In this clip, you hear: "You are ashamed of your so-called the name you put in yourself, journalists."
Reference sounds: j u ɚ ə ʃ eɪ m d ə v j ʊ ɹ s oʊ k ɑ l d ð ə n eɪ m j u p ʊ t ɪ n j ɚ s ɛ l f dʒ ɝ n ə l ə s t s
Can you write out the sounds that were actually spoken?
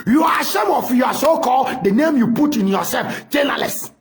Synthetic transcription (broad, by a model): j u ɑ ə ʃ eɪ m ə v j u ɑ s oʊ k ɑ l d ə n eɪ m j u p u t ɪ n j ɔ s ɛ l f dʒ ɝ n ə l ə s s